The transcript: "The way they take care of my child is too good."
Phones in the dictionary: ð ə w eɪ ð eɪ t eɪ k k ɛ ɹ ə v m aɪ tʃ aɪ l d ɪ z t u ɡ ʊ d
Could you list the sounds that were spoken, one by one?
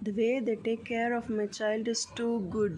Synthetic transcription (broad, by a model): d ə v eɪ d eɪ t eɪ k k ɛ ɹ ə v m aɪ tʃ aɪ l d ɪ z t u ɡ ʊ d